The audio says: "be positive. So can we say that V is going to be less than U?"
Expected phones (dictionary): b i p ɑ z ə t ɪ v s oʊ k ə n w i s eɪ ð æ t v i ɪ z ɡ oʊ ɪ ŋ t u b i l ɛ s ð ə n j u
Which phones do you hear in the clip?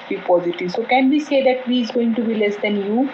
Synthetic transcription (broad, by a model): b i p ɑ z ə t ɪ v s oʊ k ə n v i s eɪ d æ t v i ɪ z ɡ oʊ ɪ ŋ t u b i l ɛ s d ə n j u